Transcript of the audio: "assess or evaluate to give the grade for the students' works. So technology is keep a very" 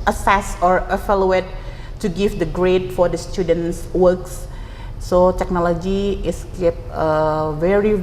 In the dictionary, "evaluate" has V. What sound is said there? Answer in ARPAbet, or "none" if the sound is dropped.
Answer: F